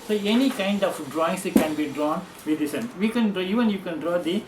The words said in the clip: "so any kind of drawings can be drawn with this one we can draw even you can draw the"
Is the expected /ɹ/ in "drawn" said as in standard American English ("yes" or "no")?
yes